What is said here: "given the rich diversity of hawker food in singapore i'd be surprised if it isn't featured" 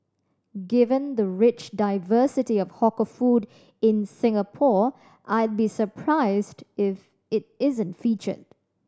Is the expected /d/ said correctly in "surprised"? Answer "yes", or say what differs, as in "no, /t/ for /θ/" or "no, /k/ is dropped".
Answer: yes